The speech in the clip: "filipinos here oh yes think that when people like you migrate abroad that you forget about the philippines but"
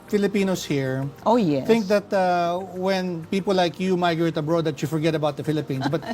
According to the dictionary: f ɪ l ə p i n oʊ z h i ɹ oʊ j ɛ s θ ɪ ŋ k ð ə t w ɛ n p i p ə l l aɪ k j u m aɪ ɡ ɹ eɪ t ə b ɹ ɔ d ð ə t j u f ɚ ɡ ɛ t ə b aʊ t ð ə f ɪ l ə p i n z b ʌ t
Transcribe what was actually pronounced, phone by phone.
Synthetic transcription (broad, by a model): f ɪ l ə p i n oʊ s h i ɹ oʊ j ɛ θ ɪ ŋ k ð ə t w ɛ n p i p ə l l aɪ k j u m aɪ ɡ ɹ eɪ t ə b ɹ ɔ d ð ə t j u f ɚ ɡ ɛ t ə b aʊ t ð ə f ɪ l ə p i n s b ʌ t